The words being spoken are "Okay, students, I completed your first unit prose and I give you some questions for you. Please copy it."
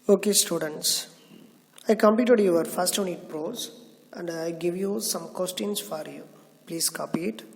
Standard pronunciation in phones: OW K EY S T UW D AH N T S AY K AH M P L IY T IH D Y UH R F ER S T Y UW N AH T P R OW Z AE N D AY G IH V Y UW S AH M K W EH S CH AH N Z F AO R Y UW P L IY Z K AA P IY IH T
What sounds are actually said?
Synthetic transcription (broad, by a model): OW K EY S T UW D AH N T S AY K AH M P IY T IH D Y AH R F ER S T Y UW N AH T P R OW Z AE N D AY G IH V Y UW S AH M K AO S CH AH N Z F AO R Y UW P L IY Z K AA P IY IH T